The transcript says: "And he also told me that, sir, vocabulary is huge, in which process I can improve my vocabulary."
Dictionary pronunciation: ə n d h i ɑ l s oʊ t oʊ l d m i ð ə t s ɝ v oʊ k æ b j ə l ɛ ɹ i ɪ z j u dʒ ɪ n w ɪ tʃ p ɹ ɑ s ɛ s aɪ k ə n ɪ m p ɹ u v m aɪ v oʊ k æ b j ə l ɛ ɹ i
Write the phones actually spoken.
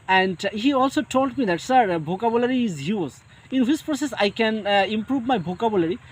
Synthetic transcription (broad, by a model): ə n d h i ɑ l s oʊ t oʊ l d m i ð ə t s ɝ b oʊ k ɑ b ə l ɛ ɹ i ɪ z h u z ɪ n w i s p ɹ ɑ s ɛ s aɪ k ə n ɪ m p ɹ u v m aɪ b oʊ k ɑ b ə l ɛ ɹ i